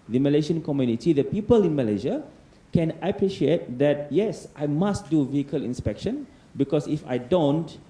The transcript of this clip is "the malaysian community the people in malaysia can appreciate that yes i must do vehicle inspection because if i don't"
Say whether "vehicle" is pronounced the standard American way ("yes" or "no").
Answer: yes